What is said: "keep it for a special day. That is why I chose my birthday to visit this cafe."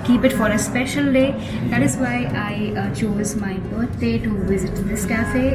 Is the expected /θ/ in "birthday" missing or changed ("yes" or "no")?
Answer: yes